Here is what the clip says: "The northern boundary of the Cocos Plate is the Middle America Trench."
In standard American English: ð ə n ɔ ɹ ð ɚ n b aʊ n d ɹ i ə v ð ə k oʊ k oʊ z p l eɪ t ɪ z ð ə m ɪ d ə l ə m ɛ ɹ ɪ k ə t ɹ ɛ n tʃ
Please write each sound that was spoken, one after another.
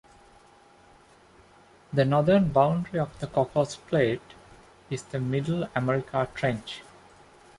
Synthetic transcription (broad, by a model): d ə n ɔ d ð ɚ n b aʊ n d ɹ i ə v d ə k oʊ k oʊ s p l eɪ t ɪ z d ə m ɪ d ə l ə m ɛ ɹ ɪ k ə t ɹ ɛ n tʃ